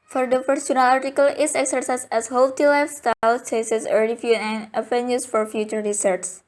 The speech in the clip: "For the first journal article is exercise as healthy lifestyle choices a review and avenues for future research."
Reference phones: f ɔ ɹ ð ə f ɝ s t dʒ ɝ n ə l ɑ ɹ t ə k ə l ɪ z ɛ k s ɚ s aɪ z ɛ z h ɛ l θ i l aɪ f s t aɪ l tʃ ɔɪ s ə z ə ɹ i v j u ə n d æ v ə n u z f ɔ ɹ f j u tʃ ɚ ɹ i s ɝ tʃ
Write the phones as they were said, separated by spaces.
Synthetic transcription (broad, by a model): f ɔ ɹ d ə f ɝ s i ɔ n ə l ɑ ɹ t ə k ə l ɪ s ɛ k s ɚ s aɪ s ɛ s h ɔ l t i l aɪ f s t aɪ l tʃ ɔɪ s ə s ə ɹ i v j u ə n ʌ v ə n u s f ɔ ɹ f j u tʃ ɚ ɹ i s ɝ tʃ